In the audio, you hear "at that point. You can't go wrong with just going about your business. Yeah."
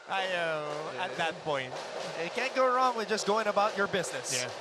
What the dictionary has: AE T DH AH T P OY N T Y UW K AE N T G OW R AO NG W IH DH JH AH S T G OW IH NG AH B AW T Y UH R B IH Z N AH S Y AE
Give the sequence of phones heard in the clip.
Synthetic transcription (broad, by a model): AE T DH AH T P OY N T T K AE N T G OW R AO NG W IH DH JH AH S G OW IH NG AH B AW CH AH R B IH Z N AH S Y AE